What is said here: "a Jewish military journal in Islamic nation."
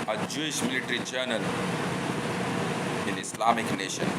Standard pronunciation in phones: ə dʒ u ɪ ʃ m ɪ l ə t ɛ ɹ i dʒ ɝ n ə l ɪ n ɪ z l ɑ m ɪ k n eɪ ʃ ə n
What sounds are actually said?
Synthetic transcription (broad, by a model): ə dʒ u ɪ ʃ m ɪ l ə t ɹ i dʒ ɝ n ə l ɪ n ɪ s l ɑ m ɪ k n eɪ ʃ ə n